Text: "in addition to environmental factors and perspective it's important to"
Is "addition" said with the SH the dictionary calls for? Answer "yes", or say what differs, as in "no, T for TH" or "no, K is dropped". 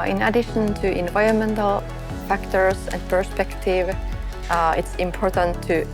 yes